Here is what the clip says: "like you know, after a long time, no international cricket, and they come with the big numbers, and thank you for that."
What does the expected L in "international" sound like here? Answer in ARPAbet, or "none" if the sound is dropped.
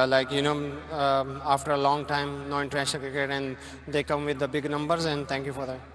N